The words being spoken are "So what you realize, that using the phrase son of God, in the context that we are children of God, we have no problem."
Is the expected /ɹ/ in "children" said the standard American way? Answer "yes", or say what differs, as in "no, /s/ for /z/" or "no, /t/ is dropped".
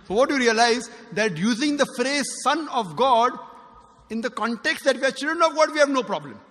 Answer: no, /ɹ/ is dropped